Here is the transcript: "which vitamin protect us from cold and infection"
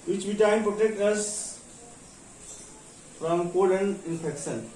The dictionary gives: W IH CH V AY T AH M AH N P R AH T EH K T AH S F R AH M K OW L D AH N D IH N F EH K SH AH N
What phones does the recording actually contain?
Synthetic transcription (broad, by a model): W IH CH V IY T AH AH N P R AH T EH K T AH S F R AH M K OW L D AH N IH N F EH K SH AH N